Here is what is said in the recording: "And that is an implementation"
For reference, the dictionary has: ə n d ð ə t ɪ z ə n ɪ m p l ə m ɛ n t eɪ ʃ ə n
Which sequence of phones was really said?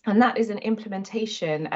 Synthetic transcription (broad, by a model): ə n ð ə t ɪ z ə n ɪ m p l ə m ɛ n t eɪ ʃ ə n